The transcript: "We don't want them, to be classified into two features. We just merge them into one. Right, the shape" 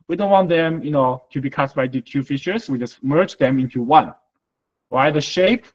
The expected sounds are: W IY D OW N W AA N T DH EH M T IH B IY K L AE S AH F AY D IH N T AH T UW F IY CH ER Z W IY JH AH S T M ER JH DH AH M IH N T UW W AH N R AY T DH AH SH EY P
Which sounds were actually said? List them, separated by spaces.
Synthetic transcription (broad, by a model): W IY D OW N W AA N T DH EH M T IH B IY K AA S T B AY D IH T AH T UW F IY SH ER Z W IY JH AH S T M ER JH DH AH M IH N T UW W AH N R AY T DH AH SH EY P